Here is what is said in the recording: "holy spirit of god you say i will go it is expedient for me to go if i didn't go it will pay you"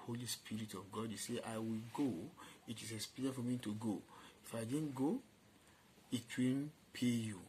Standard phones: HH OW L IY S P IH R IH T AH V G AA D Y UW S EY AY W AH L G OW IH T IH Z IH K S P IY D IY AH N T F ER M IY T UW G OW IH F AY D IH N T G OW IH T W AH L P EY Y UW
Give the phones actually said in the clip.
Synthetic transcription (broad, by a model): HH OW L IY S P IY R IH T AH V G AA D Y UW S EY AY W AH L G OW IH T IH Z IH S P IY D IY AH F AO M IY T UW G OW IH F AY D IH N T G OW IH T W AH N P EY Y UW